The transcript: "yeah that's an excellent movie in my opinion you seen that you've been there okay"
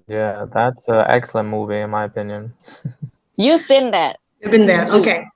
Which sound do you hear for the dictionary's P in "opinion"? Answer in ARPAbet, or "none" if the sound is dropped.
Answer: P